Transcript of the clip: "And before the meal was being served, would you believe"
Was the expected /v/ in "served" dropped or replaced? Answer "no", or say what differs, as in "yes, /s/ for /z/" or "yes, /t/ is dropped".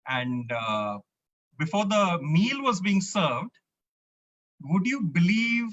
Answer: no